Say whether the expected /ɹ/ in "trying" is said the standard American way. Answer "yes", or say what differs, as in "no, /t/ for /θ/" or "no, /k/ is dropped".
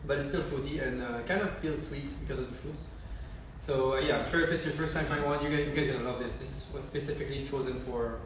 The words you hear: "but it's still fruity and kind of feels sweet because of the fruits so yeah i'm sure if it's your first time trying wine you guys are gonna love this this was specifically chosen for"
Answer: no, /ɹ/ is dropped